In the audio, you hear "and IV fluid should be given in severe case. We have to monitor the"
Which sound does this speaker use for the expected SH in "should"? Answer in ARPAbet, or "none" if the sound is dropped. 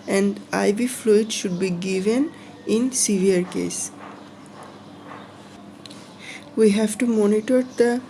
SH